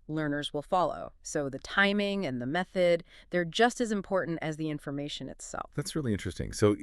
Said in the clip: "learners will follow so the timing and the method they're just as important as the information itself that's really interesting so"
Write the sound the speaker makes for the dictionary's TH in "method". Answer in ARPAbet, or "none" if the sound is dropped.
TH